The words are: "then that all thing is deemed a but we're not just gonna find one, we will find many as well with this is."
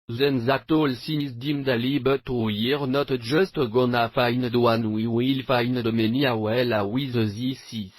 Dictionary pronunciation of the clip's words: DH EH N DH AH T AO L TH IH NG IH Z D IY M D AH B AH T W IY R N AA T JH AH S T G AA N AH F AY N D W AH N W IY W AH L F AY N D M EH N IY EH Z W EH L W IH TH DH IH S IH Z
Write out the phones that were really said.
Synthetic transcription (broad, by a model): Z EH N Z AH T AO L S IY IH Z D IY M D AH B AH T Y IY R N AA T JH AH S T G AA N AH F AY N D W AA N W IY W AH L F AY N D M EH N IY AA W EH L W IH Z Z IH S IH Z